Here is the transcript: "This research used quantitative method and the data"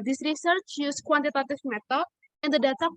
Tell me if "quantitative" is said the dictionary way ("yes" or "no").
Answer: no